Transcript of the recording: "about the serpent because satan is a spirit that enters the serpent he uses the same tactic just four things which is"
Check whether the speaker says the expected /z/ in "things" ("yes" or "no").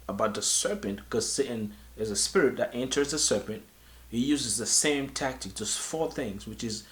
yes